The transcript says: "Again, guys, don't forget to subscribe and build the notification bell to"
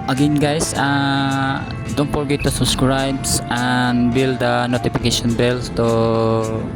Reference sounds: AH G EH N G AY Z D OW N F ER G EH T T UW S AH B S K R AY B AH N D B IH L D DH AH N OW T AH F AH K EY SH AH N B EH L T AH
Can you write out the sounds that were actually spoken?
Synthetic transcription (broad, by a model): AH G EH N G AY S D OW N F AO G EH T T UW S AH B S K R AY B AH N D B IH L D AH N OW T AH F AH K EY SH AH N B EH L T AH